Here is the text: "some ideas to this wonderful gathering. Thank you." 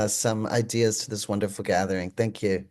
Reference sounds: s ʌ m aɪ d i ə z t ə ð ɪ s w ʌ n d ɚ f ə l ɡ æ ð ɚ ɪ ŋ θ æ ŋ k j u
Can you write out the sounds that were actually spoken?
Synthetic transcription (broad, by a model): s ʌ m aɪ d i ə z t ə ð ɪ s w ʌ n d ɚ f l ɡ æ ð ɚ ɪ ŋ θ æ ŋ k j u